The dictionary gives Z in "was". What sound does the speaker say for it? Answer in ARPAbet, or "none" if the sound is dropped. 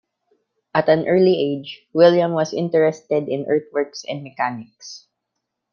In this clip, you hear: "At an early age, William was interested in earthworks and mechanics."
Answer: S